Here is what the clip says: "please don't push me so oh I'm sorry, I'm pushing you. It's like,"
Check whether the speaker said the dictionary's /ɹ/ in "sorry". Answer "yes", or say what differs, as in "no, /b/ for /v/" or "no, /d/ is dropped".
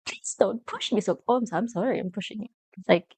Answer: yes